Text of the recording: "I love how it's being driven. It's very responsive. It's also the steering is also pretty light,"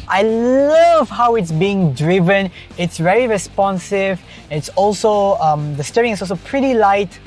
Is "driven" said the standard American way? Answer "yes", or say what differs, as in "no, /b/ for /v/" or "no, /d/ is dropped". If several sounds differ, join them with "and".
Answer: yes